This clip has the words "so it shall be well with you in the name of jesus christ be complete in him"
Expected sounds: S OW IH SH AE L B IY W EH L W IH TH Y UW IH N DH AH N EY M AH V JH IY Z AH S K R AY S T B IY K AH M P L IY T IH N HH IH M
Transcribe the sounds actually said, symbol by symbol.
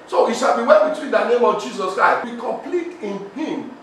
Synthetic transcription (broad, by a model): S OW IH SH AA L B IY W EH N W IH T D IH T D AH N EY M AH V JH IY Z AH S K R AY S T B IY K AH M P L IY T IH N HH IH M